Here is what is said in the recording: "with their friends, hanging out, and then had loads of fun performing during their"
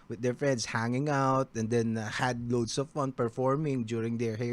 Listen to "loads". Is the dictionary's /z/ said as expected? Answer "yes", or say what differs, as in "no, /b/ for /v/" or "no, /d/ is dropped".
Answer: no, /s/ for /z/